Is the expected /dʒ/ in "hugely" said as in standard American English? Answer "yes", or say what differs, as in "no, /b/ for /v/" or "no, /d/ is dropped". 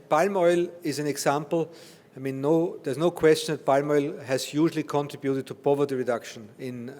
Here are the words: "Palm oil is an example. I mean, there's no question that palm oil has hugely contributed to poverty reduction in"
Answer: no, /ʒ/ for /dʒ/